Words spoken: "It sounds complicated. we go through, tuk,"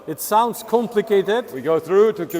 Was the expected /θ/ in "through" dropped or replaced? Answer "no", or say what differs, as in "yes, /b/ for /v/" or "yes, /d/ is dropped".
no